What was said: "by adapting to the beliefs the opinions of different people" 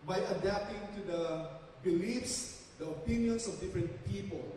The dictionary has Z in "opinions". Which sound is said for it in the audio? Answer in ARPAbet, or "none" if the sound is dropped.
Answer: S